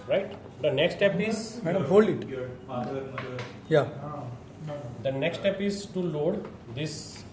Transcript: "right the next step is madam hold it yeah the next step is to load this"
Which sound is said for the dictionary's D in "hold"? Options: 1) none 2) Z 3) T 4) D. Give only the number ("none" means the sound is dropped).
1